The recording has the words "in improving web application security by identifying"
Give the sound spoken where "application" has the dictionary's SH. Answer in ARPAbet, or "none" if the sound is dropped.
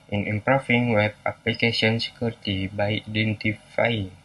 S